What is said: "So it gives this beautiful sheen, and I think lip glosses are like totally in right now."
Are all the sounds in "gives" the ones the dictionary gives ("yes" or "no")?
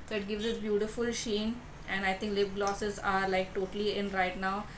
yes